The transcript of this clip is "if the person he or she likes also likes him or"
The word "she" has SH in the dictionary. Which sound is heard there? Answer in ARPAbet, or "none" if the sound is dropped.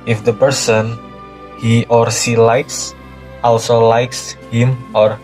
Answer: S